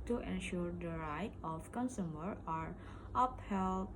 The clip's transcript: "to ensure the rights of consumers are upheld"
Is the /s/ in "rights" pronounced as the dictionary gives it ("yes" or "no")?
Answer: no